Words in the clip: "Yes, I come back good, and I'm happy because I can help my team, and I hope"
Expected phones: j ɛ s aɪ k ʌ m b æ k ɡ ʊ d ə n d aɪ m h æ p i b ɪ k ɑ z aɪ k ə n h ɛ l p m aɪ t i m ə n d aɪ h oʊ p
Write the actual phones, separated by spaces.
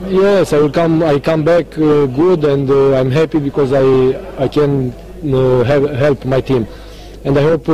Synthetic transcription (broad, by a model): j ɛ s aɪ k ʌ m b æ k ɡ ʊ d ə n d aɪ m h æ p i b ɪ k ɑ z aɪ k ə n h ɛ l p m aɪ t i m ə n d aɪ h oʊ p